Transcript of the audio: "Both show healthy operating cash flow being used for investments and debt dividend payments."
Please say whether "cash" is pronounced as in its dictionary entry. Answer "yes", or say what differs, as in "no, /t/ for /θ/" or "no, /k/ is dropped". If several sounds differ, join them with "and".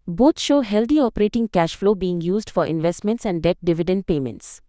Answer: yes